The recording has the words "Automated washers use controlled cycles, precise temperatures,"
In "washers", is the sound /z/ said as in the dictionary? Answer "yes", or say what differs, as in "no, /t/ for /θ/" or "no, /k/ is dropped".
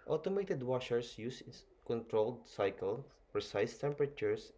no, /s/ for /z/